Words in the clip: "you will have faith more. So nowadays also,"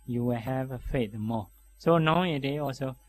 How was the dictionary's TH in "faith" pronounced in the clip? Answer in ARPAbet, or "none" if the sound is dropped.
T